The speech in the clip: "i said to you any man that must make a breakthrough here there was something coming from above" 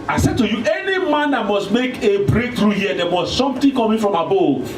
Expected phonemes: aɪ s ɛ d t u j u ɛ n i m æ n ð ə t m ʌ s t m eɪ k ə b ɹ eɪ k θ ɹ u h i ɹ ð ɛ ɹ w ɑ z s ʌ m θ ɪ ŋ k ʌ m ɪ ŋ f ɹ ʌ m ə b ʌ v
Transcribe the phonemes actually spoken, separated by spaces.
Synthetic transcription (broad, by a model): aɪ s ɛ d t u j u ɛ n i m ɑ n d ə t m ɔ s t m eɪ k ə b ɹ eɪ k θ ɹ u h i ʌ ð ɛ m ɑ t s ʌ m t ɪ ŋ k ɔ m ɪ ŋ f ɹ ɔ m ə b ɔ